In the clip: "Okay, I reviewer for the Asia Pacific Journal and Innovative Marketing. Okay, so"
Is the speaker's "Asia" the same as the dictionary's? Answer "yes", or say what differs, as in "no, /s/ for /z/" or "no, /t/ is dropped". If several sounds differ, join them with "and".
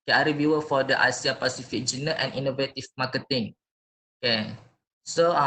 no, /s/ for /ʒ/